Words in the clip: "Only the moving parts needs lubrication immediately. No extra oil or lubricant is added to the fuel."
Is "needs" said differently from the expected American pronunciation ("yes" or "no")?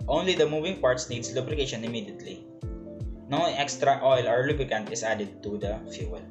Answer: yes